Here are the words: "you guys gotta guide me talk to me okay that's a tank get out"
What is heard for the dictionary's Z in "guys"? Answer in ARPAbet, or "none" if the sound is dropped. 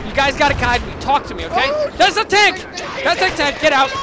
Z